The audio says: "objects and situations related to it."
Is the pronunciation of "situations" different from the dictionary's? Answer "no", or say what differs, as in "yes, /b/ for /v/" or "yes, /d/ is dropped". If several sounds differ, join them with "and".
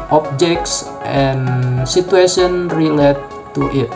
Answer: yes, /z/ is dropped